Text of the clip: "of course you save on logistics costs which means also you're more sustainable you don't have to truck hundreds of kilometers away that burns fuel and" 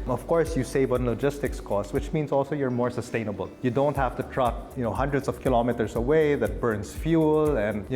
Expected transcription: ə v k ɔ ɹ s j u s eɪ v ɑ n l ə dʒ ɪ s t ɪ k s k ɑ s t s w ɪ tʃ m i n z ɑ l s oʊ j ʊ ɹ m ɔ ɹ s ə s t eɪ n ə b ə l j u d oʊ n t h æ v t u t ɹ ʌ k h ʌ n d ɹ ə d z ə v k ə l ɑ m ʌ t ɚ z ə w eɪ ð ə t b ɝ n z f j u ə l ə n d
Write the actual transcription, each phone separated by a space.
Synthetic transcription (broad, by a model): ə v k ɔ ɹ s j u s eɪ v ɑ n l ə dʒ ɪ s t ɪ k s k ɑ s s w ɪ tʃ m i n s ɑ l s oʊ j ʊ ɹ m ɔ ɹ s ə s t eɪ n ə b ə l j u d oʊ n t h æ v t u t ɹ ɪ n h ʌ n d ɹ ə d s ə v k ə l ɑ m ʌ t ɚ s ə w eɪ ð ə t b ɝ n s f j u l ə n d